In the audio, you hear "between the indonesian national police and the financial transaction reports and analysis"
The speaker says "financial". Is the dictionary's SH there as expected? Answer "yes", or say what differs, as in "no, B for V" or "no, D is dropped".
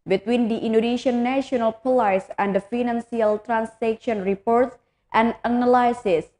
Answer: no, S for SH